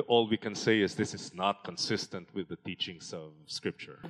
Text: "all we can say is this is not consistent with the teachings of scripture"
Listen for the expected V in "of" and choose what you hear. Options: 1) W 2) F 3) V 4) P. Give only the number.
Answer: 3